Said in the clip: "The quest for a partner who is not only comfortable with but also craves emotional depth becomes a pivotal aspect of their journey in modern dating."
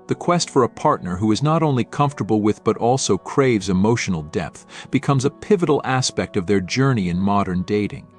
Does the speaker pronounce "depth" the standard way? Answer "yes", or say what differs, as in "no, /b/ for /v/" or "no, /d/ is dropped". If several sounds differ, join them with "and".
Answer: yes